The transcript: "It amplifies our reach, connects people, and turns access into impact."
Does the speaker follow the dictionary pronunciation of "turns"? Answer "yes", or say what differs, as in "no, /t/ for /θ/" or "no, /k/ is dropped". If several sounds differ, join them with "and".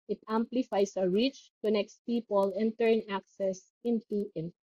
no, /z/ is dropped